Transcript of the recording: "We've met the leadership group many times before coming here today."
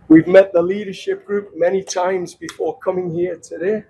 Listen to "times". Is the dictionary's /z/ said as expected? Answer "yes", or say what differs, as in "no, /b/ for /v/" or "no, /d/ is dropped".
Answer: yes